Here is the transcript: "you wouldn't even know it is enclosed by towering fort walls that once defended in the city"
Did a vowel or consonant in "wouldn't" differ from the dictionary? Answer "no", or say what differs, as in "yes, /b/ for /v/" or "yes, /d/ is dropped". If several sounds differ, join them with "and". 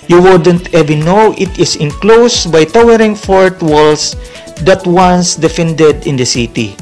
no